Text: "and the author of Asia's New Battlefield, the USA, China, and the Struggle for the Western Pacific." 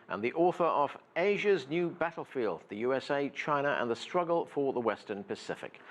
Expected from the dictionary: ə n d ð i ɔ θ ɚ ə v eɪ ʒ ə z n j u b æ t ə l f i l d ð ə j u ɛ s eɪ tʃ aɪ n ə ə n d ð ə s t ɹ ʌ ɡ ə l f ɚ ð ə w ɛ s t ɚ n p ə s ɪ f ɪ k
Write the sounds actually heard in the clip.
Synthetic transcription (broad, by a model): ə n ð i ɔ θ ɚ ə v eɪ ʒ ə z n j u b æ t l f i l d ð ə j u ɛ s eɪ tʃ aɪ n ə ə n ð ə s t ɹ ʌ ɡ ə l f ɚ ð ə w ɛ s t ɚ n p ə s ɪ f ɪ k